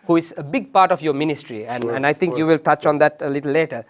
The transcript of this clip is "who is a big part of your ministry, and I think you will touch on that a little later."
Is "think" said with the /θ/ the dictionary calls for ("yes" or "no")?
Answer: no